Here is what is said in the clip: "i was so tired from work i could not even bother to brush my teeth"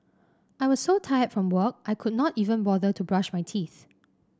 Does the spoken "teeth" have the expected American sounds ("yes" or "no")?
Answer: yes